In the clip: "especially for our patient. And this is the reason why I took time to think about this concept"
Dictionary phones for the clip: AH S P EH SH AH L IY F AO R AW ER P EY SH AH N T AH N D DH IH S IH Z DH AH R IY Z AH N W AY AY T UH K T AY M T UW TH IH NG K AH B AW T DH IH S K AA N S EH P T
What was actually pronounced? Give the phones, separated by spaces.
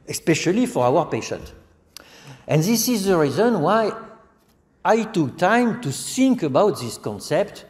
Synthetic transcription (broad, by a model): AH S P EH SH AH L IY F AO R AW ER P EY SH AH N T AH N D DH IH S IH Z DH AH R IY Z AH N W AY AY T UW K T AY M T UW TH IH NG K AH B AW T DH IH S K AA N S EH P T